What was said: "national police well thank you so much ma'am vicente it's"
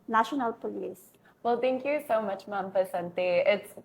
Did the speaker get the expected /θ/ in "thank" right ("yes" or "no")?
no